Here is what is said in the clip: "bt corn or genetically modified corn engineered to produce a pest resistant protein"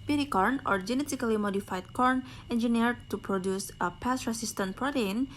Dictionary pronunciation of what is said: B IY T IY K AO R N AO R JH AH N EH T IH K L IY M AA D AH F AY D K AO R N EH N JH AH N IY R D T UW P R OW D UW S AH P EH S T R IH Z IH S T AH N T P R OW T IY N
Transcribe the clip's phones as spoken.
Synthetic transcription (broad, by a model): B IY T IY K AO R N AO R JH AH N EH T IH K L IY M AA D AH F AY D K AO R N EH N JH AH N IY R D T UW P R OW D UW S AH P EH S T R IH S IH S T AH N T P R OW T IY N